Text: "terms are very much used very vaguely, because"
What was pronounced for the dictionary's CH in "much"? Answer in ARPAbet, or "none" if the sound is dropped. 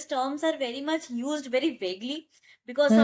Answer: CH